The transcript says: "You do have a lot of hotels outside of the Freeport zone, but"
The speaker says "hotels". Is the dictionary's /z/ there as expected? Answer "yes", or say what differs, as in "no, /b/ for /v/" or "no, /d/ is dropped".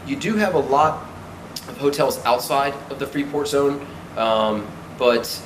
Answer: yes